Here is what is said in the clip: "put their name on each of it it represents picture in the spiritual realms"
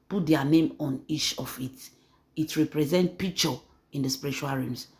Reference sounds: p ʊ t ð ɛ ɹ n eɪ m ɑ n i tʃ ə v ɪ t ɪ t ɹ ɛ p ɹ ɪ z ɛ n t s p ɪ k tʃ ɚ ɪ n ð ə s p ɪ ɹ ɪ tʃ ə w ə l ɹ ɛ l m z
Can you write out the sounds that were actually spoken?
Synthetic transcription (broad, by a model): p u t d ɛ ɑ n eɪ m ɑ n i tʃ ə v ɪ t ɪ t ɹ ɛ p ɹ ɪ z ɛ n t p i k tʃ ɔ ɪ n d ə s p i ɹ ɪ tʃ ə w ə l ɹ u m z